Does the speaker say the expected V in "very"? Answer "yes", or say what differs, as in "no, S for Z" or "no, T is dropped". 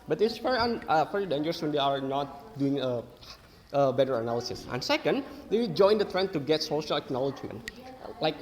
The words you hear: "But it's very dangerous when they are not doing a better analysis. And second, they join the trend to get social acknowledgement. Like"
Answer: no, F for V